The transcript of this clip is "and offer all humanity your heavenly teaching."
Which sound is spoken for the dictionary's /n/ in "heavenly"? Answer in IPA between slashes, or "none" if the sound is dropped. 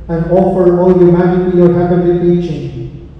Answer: none